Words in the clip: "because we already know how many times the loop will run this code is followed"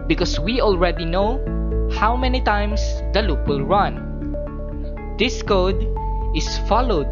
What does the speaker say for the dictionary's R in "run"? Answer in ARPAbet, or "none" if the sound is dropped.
R